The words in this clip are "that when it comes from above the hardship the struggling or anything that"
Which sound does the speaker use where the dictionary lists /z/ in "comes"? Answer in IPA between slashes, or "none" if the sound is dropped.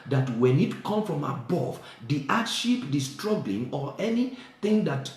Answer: none